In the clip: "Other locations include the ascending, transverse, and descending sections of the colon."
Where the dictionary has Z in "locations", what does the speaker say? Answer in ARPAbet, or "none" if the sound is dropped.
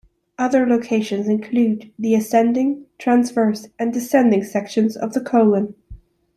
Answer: Z